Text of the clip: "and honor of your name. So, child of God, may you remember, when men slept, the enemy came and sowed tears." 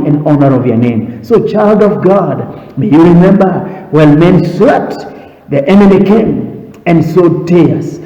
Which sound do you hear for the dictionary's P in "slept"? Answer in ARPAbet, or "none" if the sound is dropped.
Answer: none